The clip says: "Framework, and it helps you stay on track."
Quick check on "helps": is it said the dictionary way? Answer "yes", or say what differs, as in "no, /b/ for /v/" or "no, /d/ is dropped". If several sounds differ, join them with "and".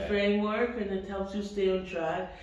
no, /p/ is dropped